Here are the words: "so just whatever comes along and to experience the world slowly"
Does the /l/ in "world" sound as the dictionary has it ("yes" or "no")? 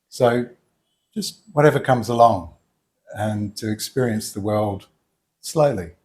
yes